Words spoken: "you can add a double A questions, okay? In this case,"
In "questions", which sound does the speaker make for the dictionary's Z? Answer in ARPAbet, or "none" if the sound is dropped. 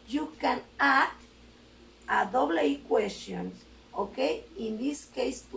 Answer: none